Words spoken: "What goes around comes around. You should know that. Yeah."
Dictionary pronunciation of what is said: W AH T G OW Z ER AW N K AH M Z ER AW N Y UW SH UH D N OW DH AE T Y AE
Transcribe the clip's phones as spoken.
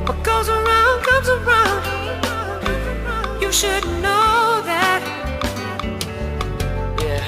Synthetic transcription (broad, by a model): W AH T G OW Z ER AW N K AH M Z ER AW N Y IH SH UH D N OW DH AE T Y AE